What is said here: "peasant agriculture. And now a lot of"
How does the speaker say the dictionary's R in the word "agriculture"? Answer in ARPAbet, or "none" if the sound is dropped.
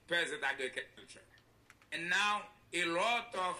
none